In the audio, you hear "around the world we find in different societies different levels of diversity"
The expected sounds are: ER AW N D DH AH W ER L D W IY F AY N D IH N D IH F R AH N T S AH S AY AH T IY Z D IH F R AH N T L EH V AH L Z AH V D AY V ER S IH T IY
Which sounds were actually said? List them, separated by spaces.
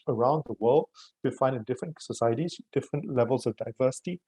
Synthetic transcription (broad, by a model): ER AW N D DH AH W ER L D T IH F AY N D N D IH F R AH N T S AH S AY AH T IY Z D IH F R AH N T L EH V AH L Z AH V D AY V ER S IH T IY